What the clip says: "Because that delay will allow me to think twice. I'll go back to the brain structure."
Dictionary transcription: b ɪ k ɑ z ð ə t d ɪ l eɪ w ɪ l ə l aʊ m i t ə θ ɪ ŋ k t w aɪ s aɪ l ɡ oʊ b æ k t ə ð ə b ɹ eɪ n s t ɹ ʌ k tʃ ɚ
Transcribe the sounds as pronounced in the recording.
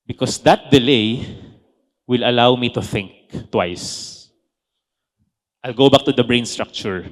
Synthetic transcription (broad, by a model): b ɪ k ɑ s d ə t d ɪ l eɪ w ɪ l ə l aʊ m i t ə θ ɪ ŋ k t w aɪ s aɪ l ɡ oʊ b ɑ k t ə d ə b ɹ eɪ n s t ɹ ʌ k tʃ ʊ